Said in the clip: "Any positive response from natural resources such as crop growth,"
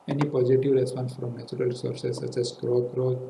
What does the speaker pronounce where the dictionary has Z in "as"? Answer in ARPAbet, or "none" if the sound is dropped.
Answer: S